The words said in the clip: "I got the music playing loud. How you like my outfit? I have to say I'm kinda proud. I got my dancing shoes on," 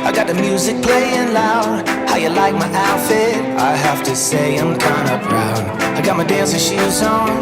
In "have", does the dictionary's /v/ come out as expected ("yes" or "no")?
no